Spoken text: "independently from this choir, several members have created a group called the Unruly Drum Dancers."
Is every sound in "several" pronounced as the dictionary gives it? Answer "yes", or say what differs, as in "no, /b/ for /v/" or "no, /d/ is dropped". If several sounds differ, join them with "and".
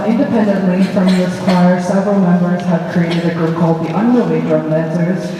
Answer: yes